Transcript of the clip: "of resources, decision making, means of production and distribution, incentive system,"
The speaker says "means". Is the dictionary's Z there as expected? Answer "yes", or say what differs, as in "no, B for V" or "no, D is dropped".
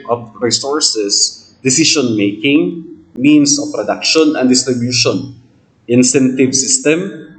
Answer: no, S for Z